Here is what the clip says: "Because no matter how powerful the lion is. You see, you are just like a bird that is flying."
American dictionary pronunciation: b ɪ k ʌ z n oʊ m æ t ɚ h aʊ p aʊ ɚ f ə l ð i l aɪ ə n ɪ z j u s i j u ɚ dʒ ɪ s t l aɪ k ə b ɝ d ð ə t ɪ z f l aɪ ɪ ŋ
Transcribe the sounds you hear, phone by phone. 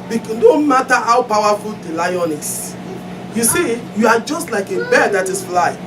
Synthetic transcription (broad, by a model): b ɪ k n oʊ m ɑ t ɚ h aʊ p aʊ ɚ f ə l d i l aɪ ə n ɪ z j u s i j u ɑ dʒ ɪ s t l aɪ k ə b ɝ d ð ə t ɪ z f l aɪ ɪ